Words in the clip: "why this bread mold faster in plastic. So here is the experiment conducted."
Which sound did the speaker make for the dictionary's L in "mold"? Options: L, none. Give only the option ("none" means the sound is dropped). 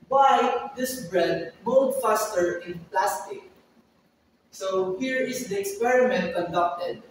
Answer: none